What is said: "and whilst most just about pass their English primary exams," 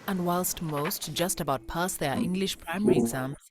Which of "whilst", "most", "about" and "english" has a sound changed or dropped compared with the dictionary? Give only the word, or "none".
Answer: none